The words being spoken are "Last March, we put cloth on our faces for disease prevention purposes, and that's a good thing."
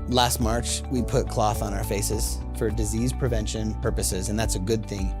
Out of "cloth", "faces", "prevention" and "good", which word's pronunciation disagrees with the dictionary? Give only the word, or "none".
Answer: none